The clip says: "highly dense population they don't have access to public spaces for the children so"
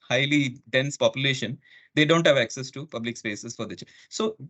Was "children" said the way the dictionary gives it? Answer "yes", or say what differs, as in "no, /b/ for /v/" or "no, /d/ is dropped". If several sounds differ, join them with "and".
no, /ɹ/ is dropped